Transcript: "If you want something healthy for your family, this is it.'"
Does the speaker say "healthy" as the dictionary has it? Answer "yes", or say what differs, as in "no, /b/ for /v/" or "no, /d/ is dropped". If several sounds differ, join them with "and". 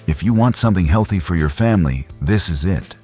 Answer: yes